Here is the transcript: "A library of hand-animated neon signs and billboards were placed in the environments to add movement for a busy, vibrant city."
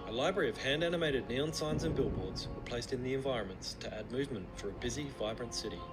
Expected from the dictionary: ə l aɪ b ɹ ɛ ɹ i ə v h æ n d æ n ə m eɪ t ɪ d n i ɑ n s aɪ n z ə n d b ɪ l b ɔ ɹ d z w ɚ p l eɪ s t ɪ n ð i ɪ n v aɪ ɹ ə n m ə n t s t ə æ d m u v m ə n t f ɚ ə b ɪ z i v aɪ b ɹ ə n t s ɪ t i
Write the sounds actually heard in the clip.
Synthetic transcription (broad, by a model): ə l aɪ b ɹ ɛ ɹ i ə v h æ n d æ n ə m eɪ t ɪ d n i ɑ n s aɪ n z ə n b ɪ l b ɔ ɹ d z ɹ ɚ p l eɪ s t ɪ n ð i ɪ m v aɪ ɹ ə n m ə n t s t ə æ d m u v m ə n t f ɚ ə b ɪ z i v aɪ b ɹ ə n t s ɪ t i